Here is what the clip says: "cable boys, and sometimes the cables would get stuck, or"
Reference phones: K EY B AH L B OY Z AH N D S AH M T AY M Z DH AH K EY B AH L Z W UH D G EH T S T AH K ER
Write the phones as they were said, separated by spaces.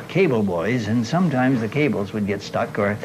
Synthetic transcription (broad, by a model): K EY B L B OY Z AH N S AH M T AY M Z DH AH K EY B L Z W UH D G EH T S T AH K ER